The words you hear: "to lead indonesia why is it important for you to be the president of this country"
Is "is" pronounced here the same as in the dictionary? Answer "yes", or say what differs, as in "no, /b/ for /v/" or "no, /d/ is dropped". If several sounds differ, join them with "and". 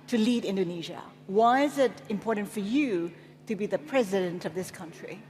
yes